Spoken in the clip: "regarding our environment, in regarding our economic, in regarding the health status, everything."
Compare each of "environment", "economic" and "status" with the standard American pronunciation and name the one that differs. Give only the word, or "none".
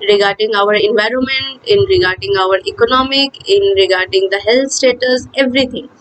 none